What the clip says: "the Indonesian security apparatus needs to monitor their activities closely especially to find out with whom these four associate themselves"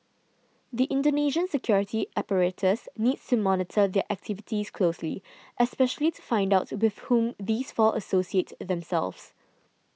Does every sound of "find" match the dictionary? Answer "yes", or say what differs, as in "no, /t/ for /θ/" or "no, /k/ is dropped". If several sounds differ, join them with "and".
yes